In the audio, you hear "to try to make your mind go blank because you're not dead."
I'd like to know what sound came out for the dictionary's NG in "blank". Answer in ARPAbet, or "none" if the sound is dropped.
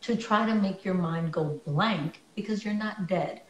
NG